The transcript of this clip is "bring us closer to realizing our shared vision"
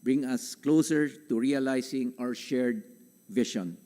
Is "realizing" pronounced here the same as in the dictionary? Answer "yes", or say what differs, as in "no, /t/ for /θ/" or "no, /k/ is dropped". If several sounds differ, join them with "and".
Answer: no, /s/ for /z/